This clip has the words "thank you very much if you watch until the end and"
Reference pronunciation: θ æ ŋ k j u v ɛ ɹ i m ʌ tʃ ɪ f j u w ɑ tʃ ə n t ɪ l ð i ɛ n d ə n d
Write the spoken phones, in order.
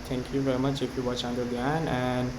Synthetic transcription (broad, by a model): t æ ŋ k j u v ɛ ɹ i m ʌ tʃ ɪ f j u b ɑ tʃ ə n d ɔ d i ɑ n ə n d